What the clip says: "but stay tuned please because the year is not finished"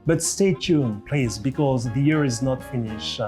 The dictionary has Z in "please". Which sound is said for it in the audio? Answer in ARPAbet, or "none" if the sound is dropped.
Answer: S